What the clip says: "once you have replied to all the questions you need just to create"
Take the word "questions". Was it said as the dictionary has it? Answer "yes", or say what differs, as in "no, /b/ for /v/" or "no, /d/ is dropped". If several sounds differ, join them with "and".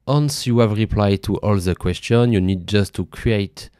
no, /z/ is dropped